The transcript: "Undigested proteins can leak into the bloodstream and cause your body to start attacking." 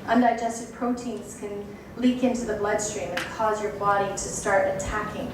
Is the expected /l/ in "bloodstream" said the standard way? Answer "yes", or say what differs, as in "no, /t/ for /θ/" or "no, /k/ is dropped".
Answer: yes